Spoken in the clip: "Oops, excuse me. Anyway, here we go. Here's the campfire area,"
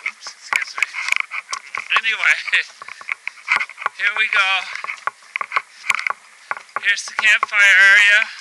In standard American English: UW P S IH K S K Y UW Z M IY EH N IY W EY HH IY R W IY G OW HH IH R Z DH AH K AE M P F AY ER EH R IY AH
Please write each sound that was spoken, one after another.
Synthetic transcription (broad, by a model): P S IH S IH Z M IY EH N IY W EY HH IY R W IY G OW HH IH R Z DH AH K AE M P F AY ER EH R IY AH